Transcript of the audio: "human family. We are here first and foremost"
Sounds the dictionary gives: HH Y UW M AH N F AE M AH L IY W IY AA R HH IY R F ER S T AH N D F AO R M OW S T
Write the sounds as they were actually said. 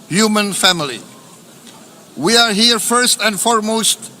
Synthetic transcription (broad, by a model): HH Y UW M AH N F AE M AH L IY W IY AA R HH IY R F ER S T AH N D F AO R M OW S T